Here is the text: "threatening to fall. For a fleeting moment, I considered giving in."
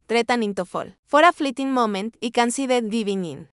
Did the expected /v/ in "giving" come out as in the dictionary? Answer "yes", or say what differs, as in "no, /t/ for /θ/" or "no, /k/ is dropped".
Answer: no, /b/ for /v/